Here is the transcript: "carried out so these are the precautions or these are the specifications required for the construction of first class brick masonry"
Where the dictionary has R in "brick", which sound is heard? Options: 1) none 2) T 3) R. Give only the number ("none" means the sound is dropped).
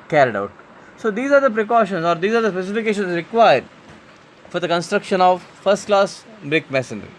3